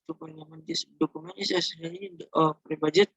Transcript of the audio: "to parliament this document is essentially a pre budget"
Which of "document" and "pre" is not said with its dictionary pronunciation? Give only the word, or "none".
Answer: document